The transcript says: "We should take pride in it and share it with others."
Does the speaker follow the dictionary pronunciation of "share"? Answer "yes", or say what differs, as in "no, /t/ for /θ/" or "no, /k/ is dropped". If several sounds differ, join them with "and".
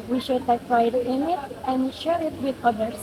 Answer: yes